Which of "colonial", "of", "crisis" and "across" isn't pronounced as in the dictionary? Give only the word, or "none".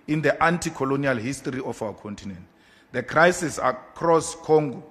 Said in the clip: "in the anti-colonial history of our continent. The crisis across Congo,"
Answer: of